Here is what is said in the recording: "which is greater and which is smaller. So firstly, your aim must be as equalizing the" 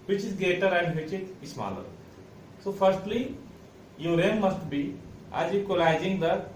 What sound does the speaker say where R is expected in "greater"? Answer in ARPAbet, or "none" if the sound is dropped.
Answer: none